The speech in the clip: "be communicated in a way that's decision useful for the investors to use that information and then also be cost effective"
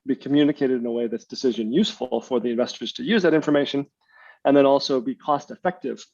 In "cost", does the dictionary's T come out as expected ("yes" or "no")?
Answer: yes